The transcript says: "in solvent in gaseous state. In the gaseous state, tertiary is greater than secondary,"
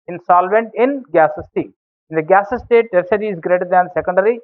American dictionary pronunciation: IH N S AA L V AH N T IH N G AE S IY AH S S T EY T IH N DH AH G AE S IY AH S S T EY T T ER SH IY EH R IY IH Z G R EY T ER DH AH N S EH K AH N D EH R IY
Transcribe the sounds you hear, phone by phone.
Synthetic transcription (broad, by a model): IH N S AA L V AH N T IH N G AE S S S T EY T IH N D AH G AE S S S T EY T T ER S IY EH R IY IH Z G R EY T ER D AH N S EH K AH N D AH R IY